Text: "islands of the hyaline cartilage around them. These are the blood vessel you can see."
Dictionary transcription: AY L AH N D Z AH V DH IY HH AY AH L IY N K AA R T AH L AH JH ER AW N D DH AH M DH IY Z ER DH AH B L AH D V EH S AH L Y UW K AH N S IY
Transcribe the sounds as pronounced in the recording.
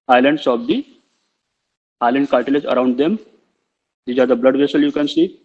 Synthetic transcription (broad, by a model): AY L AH N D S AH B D IY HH AY L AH N K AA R T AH L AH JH ER AW N D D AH M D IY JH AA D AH B L AH D V EH S AH L Y UW K AH N S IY